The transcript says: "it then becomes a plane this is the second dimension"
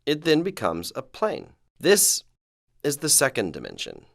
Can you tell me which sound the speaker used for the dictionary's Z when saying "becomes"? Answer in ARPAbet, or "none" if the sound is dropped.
Z